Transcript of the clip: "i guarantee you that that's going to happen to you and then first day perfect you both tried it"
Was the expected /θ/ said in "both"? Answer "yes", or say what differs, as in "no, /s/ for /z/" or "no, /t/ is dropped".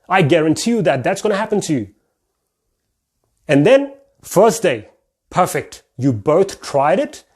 yes